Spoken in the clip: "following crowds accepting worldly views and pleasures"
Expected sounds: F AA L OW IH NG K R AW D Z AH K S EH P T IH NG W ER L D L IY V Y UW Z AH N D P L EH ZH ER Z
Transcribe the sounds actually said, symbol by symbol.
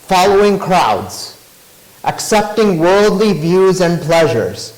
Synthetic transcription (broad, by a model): F AA L OW IH NG K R AW D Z AH K S EH P T IH NG W ER L D L IY V Y UW Z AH N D P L EH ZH ER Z